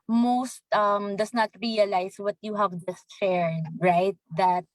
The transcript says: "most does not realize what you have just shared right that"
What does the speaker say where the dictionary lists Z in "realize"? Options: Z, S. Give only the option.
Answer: S